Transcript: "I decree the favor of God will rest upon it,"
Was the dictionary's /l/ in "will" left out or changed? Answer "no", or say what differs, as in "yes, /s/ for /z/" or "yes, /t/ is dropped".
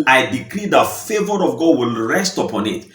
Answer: no